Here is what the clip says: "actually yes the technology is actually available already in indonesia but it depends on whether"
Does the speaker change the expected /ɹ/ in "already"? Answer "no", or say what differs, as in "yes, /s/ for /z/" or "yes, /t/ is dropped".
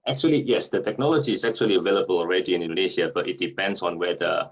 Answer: no